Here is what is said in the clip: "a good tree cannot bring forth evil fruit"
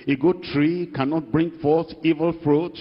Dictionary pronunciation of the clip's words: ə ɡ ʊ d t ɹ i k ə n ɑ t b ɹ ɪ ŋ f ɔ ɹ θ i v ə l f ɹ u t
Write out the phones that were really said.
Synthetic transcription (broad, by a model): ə ɡ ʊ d t ɹ i k ə n ɑ t b ɹ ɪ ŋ f ɔ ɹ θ i v ə l f ɹ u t